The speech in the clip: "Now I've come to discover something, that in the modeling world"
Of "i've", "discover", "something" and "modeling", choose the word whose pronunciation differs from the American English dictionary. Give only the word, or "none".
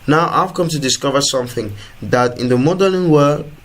modeling